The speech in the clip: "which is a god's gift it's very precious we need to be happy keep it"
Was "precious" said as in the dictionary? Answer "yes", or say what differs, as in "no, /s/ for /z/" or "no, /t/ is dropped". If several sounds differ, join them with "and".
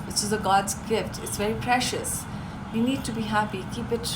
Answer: yes